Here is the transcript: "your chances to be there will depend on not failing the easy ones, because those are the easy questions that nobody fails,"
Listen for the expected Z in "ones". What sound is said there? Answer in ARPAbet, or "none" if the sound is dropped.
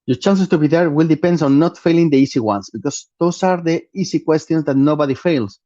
S